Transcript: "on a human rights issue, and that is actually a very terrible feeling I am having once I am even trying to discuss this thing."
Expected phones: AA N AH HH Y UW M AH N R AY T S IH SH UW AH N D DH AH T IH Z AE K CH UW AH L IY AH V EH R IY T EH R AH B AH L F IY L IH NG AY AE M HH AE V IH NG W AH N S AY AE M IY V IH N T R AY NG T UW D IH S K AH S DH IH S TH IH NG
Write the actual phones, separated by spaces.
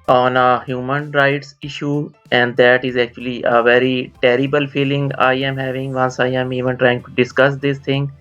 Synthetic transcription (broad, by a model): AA N AH HH Y UW M AH N R AY T S IH SH UW AH N D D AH T IH Z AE K CH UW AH L IY AH V EH R IY T EH R AH B AH L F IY L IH NG AY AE M HH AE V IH NG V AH N S AY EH M IY V IH N T R AY NG T UW D IH S K AH S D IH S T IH NG